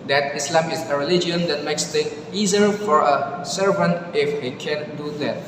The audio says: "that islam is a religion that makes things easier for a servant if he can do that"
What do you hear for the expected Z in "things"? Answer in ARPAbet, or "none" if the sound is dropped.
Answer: none